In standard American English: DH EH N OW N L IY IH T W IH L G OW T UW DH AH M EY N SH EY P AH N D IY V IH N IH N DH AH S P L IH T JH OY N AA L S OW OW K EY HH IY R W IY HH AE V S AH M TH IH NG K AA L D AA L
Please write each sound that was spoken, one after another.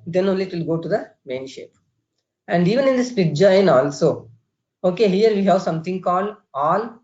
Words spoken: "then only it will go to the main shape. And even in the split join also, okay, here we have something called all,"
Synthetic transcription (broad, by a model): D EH N OW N L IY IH T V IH L G OW T UW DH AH M EY N SH EY P AH N D IY V IH N IH N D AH S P IH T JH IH N AA L S OW OW K EY HH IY R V IY HH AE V S AH M T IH NG K AA L D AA L